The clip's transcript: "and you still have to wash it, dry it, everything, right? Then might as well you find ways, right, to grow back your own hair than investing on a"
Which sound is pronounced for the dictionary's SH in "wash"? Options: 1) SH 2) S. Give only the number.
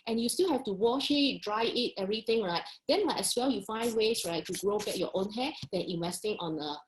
1